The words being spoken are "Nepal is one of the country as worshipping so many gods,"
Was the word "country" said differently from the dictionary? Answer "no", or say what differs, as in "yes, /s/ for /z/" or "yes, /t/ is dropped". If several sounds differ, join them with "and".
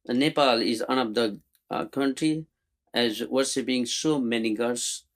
no